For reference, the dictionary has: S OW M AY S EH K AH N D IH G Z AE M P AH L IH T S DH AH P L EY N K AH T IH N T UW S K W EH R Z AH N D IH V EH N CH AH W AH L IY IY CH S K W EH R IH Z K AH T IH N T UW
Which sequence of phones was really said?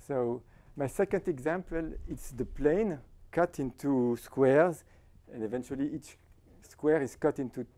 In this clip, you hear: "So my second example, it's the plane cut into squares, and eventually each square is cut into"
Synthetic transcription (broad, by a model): S OW M AY S EH K AH N D IH G Z AE M P AH L IH T S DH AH P L EY N K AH T IH N T UW S K W EH R Z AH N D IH V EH N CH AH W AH L IY IY CH S K W EH R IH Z K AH T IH N T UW